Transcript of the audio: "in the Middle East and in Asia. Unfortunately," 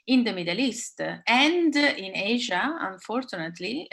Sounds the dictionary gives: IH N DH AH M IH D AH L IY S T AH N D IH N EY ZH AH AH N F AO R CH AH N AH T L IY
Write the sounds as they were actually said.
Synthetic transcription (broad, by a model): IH N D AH M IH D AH L IY S T AH N D IH N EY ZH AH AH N F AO R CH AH N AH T L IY